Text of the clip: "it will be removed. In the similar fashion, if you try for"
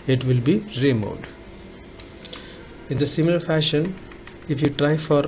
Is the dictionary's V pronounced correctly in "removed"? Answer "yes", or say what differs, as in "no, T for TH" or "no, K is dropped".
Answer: no, V is dropped